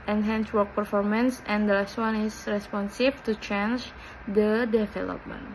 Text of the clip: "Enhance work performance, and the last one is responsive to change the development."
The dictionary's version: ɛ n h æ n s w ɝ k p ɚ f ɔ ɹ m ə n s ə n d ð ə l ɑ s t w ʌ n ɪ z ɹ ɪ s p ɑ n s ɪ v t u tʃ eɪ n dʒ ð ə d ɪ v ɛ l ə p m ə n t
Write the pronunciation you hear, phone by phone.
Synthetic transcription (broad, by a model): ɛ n h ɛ n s w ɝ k p ɚ f ɔ ɹ m ə n s ə n d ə l ɑ s t w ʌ n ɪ s ɹ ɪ s p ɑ n s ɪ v t u tʃ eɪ n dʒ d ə d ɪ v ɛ l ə p m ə n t